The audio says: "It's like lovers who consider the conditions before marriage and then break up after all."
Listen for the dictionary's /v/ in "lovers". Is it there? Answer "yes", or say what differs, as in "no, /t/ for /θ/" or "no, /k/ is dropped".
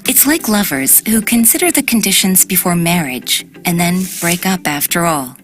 yes